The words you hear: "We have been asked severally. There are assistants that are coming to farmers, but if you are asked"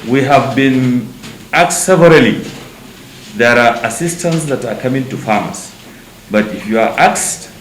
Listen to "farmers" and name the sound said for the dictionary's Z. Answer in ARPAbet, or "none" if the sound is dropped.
S